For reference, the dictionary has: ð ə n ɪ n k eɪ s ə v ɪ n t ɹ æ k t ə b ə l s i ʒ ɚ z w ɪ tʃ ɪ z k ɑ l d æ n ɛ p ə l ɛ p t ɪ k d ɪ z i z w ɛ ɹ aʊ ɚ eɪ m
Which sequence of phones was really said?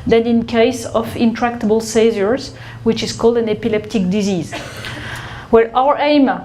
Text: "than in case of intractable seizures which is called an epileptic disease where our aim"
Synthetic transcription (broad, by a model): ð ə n ɪ n k eɪ s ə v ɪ n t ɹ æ k t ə b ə l s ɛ z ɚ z w ɪ tʃ ɪ z k ɑ l d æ n ɛ p ə l ɛ p t ɪ k d ɪ z i z w ɛ ɹ aʊ ɚ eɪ m